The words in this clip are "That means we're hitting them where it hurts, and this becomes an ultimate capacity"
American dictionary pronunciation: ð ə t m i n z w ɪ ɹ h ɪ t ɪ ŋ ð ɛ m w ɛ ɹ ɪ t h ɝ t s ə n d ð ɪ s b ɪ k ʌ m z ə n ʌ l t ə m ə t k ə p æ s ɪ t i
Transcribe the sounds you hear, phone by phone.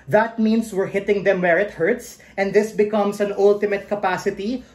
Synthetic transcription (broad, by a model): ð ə t m i n s w ɪ ɹ h ɪ t ɪ ŋ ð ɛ m w ɛ ɹ ɪ t h ɝ t s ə n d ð ɪ s b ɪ k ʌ m s ə n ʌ l t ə m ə t k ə p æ s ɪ t i